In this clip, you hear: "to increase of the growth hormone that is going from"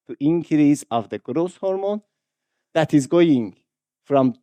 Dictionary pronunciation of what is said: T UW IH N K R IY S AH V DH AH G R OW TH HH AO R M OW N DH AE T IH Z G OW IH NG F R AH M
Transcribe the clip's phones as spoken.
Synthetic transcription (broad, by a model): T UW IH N K R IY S AH V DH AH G R OW S HH AO R M OW N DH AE T IH Z G OW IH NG F R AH M